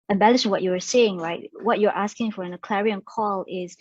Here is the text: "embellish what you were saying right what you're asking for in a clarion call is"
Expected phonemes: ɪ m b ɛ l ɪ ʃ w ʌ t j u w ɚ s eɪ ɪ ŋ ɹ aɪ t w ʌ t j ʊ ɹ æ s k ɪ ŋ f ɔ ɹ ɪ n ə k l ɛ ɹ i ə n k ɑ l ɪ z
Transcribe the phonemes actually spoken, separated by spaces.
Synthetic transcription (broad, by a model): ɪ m b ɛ l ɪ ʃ w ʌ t j u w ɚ s eɪ ɪ ŋ ɹ aɪ t w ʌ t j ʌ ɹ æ s k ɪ ŋ f ɔ ɹ ɪ n ə k l ɛ ɹ i ə n k ɑ l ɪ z